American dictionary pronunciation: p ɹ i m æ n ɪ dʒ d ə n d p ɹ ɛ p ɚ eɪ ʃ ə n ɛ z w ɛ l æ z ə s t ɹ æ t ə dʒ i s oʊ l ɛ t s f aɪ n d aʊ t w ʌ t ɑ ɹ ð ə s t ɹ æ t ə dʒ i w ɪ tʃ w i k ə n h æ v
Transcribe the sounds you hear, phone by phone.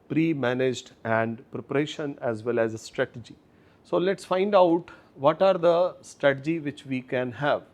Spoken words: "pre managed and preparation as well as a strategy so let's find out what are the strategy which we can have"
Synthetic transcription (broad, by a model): p ɹ i m æ n ɪ dʒ d ə n d p ɹ ɛ p ɚ eɪ ʃ ə n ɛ z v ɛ l æ z ə s t ɹ æ t ə dʒ i s oʊ l ɛ t s f aɪ n d aʊ t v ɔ t ɑ ɹ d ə s t ɹ æ t ə dʒ i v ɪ tʃ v i k ə n h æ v